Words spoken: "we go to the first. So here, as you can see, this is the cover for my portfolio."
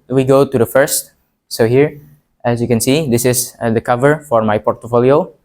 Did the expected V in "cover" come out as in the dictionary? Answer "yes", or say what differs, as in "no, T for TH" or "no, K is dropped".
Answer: yes